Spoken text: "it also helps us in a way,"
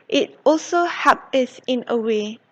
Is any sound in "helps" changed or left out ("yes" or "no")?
yes